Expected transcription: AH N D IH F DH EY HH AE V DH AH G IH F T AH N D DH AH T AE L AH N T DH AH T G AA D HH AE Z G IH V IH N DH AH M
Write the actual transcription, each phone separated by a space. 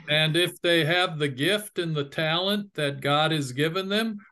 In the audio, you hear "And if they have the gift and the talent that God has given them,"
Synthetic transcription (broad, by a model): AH N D IH F DH EY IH V DH AH G IH F T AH N DH AH T AE L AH N DH AH T G AA D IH Z G IH V IH N DH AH M